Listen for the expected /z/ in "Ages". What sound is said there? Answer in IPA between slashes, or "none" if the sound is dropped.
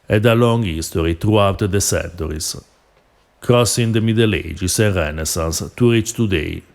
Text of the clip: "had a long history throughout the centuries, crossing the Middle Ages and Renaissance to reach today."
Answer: /s/